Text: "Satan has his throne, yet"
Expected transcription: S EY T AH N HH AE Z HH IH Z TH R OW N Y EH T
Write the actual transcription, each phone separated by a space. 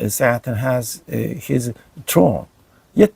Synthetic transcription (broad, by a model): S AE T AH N HH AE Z HH IH Z T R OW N Y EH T